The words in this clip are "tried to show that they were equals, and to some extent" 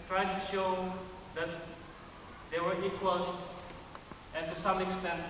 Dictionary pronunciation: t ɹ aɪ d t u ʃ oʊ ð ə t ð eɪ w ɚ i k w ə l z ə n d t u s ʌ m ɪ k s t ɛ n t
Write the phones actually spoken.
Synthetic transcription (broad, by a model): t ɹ aɪ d t u ʃ oʊ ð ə t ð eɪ w ɚ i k w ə l s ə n t u s ʌ m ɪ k s t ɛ n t